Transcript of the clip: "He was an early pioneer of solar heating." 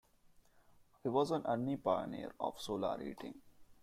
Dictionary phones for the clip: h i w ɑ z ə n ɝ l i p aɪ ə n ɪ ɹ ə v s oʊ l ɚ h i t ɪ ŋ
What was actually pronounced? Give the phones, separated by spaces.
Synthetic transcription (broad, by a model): h i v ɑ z ə n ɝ n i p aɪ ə n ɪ ɹ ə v s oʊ l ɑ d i t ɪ ŋ